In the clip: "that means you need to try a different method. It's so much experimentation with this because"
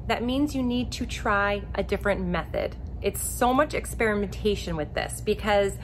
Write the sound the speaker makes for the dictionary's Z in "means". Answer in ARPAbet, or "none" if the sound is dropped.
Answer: Z